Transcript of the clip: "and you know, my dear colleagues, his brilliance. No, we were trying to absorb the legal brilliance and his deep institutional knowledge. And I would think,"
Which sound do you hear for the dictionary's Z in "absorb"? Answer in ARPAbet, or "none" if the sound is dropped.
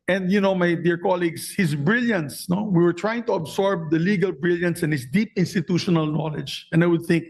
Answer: S